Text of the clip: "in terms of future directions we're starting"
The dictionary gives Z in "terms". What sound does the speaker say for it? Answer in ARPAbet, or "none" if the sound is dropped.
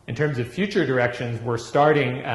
Z